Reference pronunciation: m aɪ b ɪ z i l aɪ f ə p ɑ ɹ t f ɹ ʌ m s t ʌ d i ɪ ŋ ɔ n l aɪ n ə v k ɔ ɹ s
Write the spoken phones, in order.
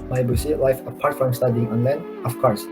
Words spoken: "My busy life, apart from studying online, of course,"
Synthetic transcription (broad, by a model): m aɪ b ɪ s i l aɪ f ə p ɑ ɹ t f ɹ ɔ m s t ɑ d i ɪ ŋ ɔ n l aɪ n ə f k ɔ ɹ s